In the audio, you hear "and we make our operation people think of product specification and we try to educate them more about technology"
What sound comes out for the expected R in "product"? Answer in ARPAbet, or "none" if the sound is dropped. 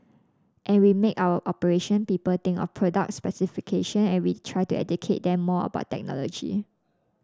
R